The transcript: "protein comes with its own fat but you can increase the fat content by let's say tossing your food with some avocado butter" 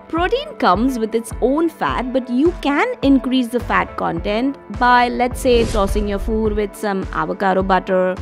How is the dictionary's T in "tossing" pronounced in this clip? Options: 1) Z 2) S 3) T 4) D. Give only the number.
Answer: 2